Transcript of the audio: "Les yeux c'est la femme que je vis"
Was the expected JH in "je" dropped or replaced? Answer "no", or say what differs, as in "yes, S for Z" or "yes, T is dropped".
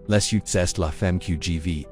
no